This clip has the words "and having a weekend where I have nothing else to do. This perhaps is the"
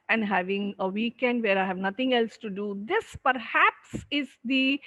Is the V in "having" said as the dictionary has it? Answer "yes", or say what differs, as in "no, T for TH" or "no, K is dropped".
yes